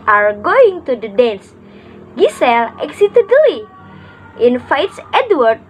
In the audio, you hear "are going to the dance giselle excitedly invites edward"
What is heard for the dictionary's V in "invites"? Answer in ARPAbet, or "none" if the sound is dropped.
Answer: F